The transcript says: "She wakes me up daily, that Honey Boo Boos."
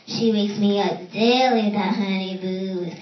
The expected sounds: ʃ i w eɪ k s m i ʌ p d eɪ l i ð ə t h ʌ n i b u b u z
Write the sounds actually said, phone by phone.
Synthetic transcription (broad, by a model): ʃ i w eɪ k s m i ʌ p d eɪ l i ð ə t h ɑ i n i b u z